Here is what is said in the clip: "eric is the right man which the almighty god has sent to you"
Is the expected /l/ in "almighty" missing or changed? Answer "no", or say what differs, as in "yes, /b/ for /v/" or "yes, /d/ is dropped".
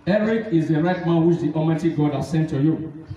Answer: yes, /l/ is dropped